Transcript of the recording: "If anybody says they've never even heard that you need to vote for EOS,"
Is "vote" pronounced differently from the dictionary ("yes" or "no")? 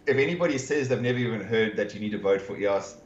no